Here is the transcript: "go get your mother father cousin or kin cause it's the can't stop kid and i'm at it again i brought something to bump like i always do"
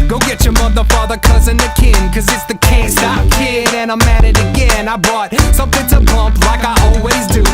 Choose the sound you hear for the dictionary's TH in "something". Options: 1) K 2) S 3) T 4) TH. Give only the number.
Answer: 4